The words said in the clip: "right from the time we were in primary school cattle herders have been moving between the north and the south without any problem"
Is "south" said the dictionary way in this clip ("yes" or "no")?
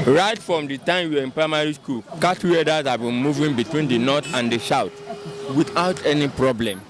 no